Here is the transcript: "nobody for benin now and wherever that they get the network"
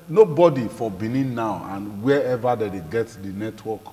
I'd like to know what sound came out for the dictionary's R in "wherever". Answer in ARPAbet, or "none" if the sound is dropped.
none